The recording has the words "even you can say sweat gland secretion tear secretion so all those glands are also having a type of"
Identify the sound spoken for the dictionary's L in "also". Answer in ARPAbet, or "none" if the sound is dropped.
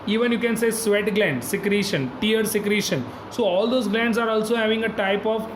L